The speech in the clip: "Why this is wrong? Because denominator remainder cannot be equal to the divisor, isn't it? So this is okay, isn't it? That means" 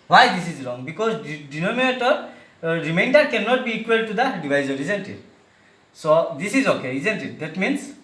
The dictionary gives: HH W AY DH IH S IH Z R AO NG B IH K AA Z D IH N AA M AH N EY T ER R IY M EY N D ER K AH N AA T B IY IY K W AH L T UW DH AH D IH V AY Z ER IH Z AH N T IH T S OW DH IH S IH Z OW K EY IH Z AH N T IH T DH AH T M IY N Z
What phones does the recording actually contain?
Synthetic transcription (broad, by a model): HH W AY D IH S IH Z R AO NG B IH K AA Z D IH N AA M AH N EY T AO R IY M EY N D ER K AH N AA T B IY IY K W AH L T UW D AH D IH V AY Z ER IH Z AH N T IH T S OW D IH S IH Z OW K EY IH Z AH N T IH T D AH T M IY N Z